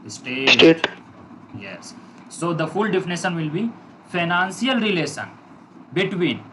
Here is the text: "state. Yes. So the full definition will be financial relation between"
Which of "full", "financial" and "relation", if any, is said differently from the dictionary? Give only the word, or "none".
financial